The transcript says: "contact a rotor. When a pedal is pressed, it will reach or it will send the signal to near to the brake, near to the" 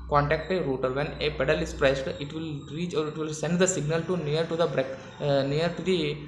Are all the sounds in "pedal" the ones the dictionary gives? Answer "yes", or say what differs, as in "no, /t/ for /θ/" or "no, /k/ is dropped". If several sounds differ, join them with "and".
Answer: yes